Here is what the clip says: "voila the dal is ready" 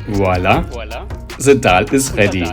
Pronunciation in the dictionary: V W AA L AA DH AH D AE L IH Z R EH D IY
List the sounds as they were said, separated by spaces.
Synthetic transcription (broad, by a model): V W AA L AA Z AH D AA L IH S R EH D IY